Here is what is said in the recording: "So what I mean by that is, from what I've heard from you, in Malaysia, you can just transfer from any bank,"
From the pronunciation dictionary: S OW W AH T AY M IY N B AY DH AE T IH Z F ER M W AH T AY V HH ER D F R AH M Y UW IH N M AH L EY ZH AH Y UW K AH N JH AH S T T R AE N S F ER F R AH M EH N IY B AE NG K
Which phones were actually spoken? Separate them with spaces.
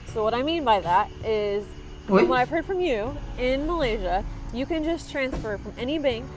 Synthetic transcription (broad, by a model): S OW W AH T AY M IY N B AY DH AE T IH Z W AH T AY V HH ER D F R AH M Y UW IH N M AH L EY ZH AH Y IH K AH N JH AH S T T R AE N S F ER F R AH M EH N IY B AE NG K